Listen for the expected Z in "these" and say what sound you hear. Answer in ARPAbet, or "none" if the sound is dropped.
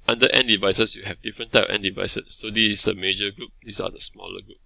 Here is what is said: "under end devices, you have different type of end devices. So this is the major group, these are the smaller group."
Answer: S